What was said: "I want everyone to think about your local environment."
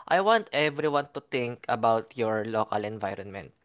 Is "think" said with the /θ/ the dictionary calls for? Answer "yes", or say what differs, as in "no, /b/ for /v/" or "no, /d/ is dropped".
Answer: no, /t/ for /θ/